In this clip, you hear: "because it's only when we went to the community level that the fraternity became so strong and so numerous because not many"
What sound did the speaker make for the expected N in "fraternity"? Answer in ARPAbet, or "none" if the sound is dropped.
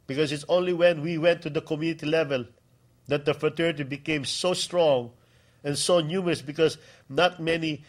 none